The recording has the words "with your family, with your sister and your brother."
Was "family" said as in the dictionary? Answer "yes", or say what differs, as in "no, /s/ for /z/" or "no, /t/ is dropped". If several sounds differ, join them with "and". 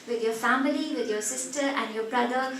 yes